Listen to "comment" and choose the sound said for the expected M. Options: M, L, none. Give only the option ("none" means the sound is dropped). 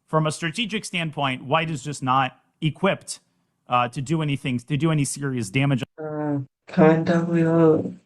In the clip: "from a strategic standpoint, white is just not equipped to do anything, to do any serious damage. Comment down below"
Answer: none